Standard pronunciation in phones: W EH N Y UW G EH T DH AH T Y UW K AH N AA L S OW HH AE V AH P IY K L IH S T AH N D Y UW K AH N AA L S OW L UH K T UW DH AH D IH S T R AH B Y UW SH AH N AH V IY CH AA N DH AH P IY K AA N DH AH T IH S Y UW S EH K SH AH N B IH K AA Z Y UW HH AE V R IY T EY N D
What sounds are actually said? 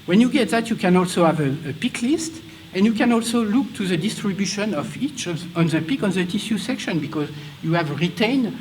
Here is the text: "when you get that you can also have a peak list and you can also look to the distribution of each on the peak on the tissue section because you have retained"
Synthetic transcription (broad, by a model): W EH N Y UW G EH T DH AH T Y UW K AH N AA L S OW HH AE V AH P IY K L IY S T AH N Y UW K AH N AA L S OW L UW K T UW DH AH D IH S T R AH B Y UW SH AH N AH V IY CH AA N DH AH P IY K AA N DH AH T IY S Y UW S EH K SH AH N B IH K AA Z Y UW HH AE V R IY T EY N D